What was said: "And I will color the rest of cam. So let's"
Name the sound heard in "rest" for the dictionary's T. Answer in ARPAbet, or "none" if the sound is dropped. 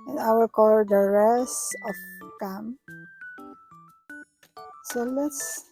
none